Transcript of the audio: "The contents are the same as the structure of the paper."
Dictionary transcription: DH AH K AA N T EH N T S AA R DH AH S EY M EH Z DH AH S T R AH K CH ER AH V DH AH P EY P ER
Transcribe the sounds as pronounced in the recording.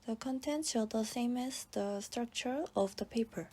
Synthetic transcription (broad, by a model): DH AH K AA N T EH N T S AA L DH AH S EY M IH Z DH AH S T R AH K CH ER AH V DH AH P EY P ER